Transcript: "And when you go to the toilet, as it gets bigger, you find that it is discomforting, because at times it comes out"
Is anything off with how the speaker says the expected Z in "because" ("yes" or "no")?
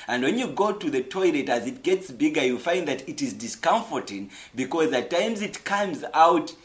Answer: no